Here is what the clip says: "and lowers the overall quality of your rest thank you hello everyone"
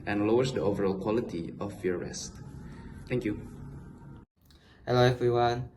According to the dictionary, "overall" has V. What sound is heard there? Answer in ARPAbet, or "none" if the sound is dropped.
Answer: V